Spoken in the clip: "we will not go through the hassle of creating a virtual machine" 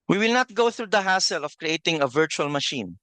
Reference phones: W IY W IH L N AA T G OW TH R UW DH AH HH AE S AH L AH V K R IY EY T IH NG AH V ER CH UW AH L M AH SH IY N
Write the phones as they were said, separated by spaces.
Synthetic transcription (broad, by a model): W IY W IH L N AA T G OW TH R UW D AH HH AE S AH L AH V K R IY EY T IH NG AH V ER CH UW AH L M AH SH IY N